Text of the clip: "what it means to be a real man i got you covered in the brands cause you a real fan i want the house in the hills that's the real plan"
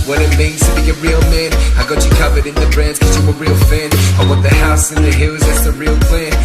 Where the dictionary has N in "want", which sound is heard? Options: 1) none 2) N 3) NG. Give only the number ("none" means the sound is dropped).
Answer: 1